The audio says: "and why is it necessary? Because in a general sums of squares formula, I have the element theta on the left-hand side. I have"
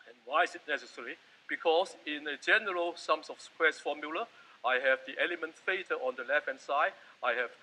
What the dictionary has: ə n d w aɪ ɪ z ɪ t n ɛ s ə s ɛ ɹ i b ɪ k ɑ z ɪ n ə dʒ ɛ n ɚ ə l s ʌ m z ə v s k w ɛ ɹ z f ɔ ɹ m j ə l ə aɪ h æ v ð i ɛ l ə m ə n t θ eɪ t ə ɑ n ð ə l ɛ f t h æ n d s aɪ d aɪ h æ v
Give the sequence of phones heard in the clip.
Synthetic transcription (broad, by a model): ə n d w aɪ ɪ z ɪ t n ɛ s ə s ɛ ɹ i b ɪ k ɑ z ɪ n ə dʒ ɛ n ɚ ə l s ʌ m s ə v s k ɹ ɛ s f ɔ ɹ m j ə l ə aɪ h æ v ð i ɛ l ə m ə n t f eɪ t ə ɑ n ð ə l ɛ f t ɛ n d s aɪ d aɪ h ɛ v